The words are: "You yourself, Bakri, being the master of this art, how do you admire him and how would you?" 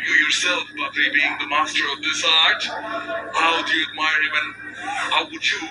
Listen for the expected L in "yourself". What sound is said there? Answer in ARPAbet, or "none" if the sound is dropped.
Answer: L